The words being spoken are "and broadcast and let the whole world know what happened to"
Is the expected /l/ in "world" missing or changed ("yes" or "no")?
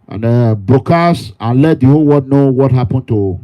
yes